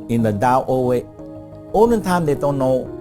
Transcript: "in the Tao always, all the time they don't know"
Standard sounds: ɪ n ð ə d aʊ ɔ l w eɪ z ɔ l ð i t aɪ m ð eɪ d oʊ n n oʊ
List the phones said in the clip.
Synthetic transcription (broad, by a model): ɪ n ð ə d aʊ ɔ w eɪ ɔ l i t aɪ m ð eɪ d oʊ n n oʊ